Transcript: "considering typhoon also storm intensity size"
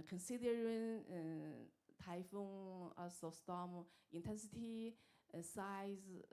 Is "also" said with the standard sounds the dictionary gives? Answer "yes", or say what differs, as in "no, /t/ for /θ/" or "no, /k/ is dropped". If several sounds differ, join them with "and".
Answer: no, /l/ is dropped